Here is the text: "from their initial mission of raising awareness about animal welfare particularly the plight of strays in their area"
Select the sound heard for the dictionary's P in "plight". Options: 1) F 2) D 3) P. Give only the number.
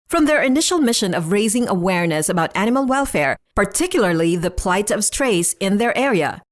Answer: 3